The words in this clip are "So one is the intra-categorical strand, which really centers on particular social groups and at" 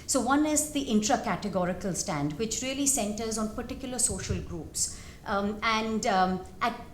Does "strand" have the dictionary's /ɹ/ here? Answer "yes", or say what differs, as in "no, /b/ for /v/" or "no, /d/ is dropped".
no, /ɹ/ is dropped